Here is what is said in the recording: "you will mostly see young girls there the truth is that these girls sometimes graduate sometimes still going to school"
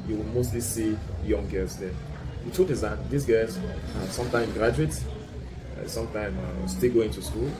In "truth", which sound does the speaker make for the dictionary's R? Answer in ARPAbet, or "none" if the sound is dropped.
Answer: none